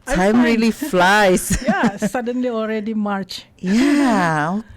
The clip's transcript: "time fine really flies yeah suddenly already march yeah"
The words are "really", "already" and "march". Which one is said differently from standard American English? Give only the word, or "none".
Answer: none